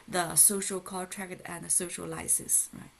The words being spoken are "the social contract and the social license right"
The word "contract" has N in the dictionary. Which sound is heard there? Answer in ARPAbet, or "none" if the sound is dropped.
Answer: none